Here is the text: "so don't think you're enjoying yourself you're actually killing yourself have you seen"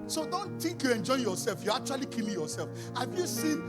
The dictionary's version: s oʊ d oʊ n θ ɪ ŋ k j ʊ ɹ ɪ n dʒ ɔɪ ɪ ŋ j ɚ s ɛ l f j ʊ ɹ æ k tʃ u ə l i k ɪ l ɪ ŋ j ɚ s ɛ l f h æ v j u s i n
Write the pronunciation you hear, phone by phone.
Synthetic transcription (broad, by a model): s oʊ d oʊ n t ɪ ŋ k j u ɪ n dʒ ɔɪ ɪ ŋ j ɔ s ɛ l f j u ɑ k tʃ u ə l i k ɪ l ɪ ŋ j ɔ s ɛ l f h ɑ v j u s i n